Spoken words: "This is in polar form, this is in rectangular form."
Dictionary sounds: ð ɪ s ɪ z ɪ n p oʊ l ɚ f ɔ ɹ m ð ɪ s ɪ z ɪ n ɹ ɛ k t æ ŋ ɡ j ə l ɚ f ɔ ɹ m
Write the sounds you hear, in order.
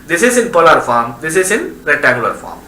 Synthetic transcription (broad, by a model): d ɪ s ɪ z ɪ n p oʊ l ɚ f ɔ ɹ m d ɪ s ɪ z ɪ n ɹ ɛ t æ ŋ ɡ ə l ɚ f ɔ ɹ m